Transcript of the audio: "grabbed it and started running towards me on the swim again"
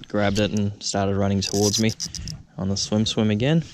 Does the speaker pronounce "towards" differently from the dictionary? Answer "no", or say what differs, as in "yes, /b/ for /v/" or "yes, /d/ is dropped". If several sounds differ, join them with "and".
no